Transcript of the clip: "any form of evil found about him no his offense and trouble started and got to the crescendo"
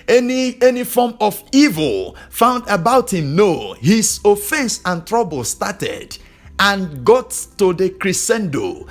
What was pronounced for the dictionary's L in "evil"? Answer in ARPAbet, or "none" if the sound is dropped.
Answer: L